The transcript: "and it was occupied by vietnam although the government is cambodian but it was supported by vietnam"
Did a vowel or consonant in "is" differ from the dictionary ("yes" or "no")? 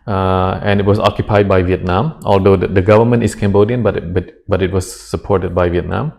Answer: yes